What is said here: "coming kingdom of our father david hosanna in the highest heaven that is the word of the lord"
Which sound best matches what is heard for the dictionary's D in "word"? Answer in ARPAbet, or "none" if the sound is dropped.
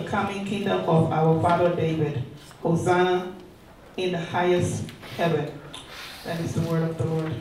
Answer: D